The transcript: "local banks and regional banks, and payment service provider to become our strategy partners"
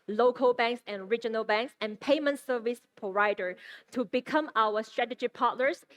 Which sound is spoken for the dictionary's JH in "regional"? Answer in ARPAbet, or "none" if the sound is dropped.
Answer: JH